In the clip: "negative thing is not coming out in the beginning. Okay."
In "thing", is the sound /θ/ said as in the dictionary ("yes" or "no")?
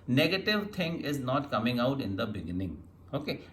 no